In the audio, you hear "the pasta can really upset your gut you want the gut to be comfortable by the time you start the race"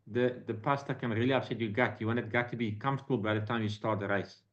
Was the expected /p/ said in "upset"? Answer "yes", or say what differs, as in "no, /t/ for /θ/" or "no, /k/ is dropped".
no, /p/ is dropped